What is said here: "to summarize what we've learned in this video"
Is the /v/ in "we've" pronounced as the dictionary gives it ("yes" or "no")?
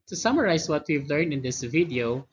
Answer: yes